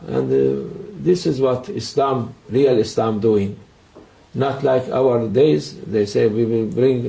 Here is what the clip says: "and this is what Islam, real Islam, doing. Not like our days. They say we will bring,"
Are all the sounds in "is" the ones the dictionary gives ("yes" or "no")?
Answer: yes